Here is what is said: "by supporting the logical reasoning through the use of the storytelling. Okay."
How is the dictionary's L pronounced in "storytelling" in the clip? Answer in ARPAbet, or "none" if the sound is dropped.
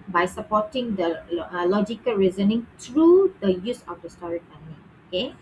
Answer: N